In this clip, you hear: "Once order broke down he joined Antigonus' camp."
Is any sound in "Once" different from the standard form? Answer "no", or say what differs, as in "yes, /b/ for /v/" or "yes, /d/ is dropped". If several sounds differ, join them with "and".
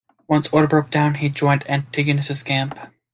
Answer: no